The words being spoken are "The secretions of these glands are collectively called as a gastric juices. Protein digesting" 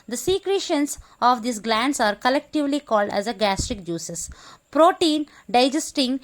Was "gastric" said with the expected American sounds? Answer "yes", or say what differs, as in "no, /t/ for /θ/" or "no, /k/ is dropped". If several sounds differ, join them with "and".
yes